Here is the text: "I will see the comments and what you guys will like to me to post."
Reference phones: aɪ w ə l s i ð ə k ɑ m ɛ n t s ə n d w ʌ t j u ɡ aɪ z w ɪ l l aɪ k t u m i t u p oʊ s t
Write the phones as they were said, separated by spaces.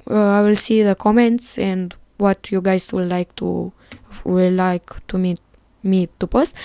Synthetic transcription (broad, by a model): aɪ w ə l s i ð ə k ɑ m ɛ n t s ə n d w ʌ t j u ɡ aɪ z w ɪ l l aɪ k t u m i t u p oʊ s t